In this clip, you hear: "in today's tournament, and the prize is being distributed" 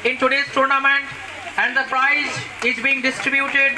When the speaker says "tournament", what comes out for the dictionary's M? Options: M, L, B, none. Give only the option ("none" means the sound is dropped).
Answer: M